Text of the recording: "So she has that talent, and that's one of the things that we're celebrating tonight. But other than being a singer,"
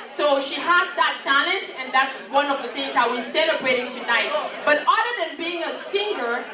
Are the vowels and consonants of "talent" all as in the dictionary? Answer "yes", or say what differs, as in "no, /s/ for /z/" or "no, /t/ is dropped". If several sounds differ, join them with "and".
yes